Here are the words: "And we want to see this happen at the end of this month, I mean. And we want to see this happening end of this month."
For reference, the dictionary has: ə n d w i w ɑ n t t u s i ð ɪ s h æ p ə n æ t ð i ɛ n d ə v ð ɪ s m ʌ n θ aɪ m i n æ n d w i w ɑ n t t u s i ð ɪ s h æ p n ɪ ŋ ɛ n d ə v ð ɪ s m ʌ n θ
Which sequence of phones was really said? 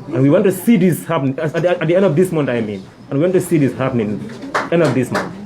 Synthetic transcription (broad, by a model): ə n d w i w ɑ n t t u s i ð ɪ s h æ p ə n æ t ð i ɛ n d ə v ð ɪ s m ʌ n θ aɪ m i n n w i w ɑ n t t u s i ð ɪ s h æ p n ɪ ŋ ɛ n d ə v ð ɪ s m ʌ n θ